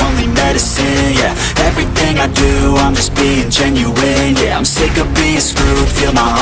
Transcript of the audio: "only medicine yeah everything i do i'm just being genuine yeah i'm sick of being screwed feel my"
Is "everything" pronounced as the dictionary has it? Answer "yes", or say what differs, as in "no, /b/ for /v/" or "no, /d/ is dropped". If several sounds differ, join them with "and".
yes